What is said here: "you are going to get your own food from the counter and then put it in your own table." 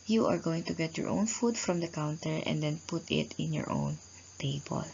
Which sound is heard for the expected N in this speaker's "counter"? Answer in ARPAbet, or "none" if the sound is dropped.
N